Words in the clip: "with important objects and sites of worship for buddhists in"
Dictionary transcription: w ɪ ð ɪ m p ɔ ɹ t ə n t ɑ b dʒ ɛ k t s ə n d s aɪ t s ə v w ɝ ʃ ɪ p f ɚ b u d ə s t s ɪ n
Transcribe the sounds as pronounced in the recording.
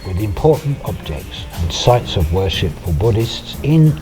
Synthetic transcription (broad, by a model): w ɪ ð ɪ m p ɔ ɹ t n t ɑ b dʒ ɛ k t s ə n s aɪ t s ə v w ɝ ʃ ɪ p f ɚ b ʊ d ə s t s ɪ n